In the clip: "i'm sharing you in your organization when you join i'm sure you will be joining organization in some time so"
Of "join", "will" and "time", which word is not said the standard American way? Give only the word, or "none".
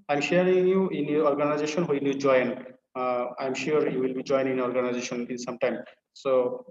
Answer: none